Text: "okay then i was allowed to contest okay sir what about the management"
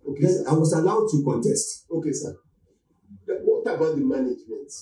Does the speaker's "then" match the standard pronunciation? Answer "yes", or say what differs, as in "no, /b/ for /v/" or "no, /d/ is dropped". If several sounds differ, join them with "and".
no, /n/ is dropped